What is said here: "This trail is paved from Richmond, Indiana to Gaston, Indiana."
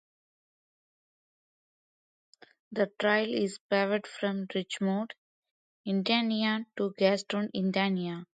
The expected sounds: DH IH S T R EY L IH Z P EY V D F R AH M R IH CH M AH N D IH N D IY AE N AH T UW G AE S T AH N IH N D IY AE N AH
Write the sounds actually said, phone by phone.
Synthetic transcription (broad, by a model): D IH T R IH L IH Z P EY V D F R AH M R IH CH M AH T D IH N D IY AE N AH T UW G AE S T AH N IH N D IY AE N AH